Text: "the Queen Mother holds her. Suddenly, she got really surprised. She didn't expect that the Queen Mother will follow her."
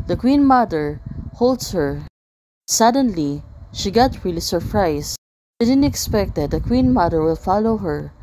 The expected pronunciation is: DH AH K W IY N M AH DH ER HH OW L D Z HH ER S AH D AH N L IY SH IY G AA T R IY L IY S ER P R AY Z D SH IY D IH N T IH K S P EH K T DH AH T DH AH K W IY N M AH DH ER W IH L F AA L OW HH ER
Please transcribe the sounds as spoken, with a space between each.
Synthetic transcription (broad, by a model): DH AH K W IY N M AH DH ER HH OW L D S HH ER S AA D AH N L IY SH IY G AA T R IY L IY S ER P R AY S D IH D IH N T IH K S P EH K T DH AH T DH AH K W IY N M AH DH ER W IH L F AA L OW HH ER